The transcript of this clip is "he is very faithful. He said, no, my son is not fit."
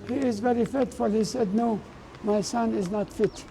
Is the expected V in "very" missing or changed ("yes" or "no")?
no